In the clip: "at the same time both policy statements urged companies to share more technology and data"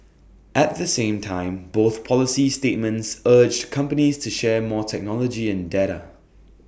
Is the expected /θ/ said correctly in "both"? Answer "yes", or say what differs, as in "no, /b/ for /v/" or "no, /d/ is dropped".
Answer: yes